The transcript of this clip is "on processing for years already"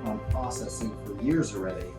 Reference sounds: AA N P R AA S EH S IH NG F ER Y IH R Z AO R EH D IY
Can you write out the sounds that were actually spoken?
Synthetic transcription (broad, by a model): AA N P R AA S EH S IH NG F ER Y IH R Z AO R EH D IY